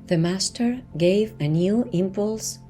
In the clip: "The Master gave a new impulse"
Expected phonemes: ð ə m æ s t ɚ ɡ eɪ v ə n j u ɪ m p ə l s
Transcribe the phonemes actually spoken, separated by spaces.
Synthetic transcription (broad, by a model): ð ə m æ s t ɚ ɡ eɪ v ə n j u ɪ m p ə l s